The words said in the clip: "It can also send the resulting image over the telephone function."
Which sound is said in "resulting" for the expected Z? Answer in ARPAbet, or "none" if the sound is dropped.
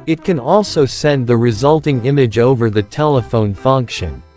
Z